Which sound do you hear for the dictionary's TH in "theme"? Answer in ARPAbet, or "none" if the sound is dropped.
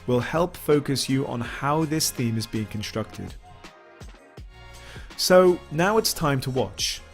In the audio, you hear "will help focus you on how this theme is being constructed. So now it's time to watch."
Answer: TH